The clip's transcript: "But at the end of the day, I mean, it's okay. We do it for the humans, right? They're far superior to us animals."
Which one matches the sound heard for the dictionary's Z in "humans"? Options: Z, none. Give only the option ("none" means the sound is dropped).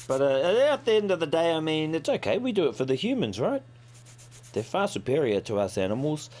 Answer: Z